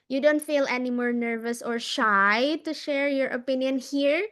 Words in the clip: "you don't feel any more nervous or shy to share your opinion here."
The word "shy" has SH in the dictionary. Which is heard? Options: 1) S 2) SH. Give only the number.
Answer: 2